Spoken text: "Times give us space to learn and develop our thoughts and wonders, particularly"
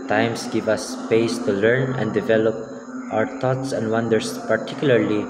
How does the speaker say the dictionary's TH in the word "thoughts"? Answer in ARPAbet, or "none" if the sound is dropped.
T